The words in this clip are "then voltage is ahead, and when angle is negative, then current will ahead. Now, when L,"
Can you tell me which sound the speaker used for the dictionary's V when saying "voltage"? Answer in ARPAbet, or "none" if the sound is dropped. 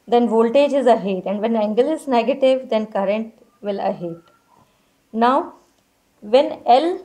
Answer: V